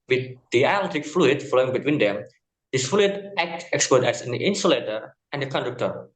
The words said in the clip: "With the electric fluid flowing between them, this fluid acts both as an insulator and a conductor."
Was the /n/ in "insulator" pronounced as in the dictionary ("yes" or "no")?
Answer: yes